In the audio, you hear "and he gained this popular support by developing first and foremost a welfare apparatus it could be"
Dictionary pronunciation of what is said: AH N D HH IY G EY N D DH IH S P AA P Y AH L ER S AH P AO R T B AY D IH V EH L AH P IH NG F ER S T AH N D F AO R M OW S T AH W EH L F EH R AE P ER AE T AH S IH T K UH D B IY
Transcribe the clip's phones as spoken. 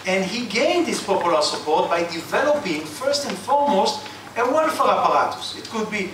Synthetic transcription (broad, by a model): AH N D HH IY G EY N D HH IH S P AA P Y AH L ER S AH P AO R T B AY D IH V EH L AH P IH NG F ER S T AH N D F AO R M OW S T AH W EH N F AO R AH P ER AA T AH S IH T K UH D B IY